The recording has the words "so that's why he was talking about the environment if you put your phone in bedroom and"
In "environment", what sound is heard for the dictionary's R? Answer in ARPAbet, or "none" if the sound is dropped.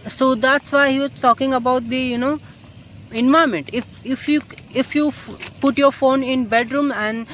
none